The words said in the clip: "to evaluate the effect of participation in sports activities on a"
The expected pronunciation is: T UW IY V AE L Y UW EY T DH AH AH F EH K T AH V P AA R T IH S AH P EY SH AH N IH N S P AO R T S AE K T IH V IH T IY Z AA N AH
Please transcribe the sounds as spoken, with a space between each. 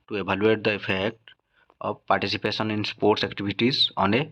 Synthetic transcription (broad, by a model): T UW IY B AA L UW EY T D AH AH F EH K T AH B P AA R T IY S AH P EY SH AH N IH N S P AO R T S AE K T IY B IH T IY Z AA N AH